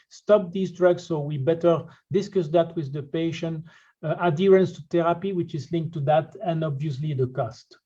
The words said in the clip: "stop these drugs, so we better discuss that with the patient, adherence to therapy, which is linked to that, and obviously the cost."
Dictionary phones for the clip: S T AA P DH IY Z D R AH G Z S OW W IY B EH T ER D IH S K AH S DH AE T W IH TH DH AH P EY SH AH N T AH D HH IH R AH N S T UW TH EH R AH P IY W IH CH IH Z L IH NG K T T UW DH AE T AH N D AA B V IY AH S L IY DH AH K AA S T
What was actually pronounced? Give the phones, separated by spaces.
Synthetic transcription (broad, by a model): S T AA P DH IY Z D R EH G S OW W IY B EH T ER D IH S K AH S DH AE T W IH DH AH P EY SH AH N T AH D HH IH R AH N S T UW T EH R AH P IY W IH CH IH Z L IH NG K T T UW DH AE T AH N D AA B V IY AH S L IY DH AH K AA S T